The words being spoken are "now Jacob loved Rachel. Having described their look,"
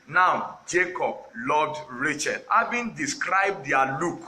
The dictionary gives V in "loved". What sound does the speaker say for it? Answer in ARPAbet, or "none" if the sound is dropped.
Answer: none